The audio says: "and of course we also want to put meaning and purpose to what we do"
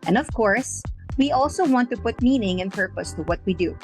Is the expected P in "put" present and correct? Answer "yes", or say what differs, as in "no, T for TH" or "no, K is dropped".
yes